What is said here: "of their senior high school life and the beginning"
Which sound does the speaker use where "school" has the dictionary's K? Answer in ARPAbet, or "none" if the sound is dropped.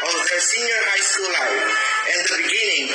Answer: none